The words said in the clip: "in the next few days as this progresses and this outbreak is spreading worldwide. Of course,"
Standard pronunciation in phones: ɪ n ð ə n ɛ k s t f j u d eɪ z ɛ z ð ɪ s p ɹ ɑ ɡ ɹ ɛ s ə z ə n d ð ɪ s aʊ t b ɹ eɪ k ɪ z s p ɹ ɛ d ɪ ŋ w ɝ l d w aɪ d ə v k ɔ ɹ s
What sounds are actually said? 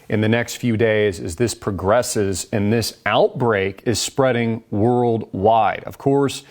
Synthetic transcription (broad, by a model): ɪ n ð ə n ɛ k s t f j u d eɪ z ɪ z ð ɪ s p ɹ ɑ ɡ ɹ ɛ s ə z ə n ð ɪ s aʊ t b ɹ eɪ k ɪ z s p ɹ ɛ d ɪ ŋ w ɝ l d w aɪ d ə v k ɔ ɹ s